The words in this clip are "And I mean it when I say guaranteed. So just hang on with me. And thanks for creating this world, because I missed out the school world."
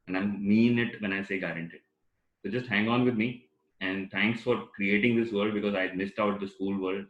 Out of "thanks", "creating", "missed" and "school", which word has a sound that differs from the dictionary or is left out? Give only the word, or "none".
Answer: thanks